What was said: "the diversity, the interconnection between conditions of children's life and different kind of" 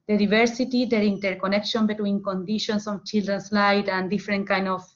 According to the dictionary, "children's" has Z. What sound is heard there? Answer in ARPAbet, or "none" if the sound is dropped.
S